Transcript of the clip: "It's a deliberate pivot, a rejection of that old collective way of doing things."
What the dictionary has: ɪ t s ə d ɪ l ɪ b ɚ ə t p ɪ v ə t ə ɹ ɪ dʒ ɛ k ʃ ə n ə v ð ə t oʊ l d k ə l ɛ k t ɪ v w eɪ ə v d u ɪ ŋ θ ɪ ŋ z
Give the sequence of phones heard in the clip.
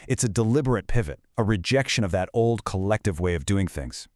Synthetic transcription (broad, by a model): ɪ t s ə d ɪ l ɪ b ɚ ə t p ɪ v ə t ə ɹ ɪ dʒ ɛ k ʃ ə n ə v ð ə t oʊ l d k ə l ɛ k t ɪ v w eɪ ə v d u ɪ ŋ θ ɪ ŋ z